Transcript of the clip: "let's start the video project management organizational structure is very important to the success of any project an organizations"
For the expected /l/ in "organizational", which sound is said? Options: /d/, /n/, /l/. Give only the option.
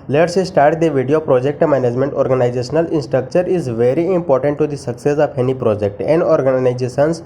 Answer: /n/